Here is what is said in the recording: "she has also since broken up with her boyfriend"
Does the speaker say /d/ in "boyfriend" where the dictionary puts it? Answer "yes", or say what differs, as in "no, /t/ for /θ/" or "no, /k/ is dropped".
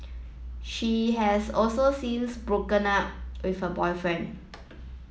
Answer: no, /d/ is dropped